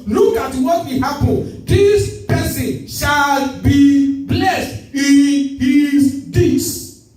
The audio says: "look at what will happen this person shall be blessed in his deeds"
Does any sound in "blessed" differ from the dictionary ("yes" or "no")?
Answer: no